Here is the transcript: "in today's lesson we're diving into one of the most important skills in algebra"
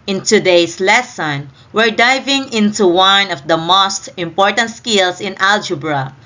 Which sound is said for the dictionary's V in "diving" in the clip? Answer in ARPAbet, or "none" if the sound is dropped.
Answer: V